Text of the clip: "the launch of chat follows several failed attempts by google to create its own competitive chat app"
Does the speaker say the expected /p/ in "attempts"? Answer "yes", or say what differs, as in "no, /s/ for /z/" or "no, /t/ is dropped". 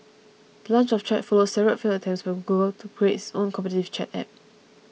no, /p/ is dropped